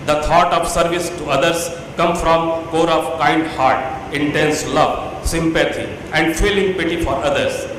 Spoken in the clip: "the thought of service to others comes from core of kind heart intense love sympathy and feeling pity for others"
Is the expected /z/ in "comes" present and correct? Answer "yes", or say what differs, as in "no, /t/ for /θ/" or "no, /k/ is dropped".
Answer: no, /z/ is dropped